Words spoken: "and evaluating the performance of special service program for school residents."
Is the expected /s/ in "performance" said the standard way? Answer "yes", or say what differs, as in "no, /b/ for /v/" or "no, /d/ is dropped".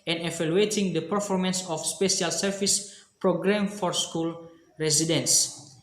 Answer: yes